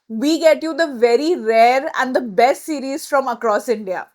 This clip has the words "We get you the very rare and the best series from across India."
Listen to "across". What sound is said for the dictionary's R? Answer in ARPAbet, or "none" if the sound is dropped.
R